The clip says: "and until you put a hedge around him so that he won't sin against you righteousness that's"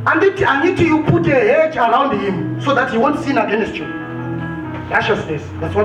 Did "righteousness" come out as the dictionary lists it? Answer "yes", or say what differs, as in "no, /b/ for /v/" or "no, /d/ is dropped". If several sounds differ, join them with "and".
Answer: no, /ʃ/ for /tʃ/